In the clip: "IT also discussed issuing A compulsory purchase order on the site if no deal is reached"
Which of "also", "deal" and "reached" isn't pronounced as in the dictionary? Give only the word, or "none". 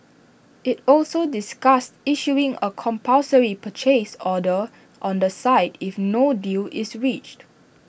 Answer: none